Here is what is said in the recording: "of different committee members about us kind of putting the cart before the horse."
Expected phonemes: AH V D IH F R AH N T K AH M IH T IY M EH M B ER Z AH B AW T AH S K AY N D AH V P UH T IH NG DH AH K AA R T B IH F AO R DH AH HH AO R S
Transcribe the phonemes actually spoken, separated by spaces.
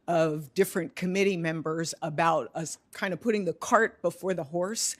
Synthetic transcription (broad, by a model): AH V D IH F R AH N K AH M IH T IY M EH M B ER Z AH B AW T AH S K AY N D AH V P UH T IH NG DH AH K AA R T B IH F AO R DH AH HH AO R S